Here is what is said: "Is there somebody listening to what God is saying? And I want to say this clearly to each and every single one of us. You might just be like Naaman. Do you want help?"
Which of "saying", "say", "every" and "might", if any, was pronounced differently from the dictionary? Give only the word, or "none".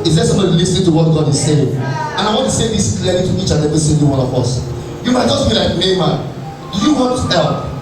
every